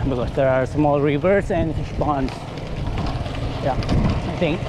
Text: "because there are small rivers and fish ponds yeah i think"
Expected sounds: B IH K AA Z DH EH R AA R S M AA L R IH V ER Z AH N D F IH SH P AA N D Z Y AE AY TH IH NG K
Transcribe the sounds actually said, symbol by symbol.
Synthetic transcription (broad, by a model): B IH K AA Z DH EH R AA R S M AA L R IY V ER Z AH N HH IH S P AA N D Y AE AY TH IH NG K